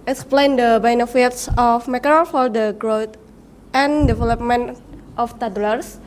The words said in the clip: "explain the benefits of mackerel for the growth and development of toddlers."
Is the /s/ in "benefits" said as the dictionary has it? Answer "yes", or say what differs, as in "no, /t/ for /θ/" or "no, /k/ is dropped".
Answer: yes